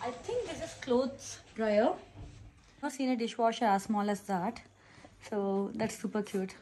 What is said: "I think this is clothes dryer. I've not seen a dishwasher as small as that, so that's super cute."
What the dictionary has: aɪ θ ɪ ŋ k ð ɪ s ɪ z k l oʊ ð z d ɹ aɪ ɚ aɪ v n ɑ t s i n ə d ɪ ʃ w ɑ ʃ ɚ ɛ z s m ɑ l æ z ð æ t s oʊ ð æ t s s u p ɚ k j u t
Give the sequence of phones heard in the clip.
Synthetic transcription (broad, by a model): aɪ t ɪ ŋ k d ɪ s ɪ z k l oʊ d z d ɹ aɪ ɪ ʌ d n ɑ s i n ə d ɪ ʃ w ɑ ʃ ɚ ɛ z s m ɑ l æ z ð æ t s oʊ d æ t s s u p ɚ k j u t